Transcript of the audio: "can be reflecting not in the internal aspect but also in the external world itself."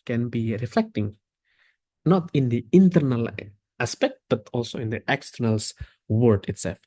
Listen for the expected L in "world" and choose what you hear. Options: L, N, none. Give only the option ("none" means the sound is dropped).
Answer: none